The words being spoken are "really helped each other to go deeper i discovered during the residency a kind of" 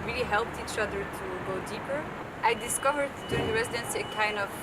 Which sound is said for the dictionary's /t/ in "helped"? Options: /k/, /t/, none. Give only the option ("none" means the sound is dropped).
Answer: /t/